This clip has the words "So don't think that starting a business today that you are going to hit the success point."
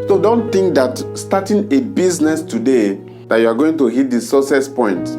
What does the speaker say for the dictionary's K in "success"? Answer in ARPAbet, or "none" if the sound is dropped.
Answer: none